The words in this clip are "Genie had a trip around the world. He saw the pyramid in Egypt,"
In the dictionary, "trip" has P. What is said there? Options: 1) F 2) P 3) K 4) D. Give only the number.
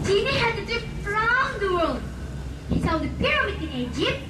1